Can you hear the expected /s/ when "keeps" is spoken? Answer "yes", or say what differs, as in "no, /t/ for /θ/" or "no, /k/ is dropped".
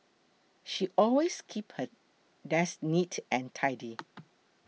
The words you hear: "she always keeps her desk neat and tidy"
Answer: no, /s/ is dropped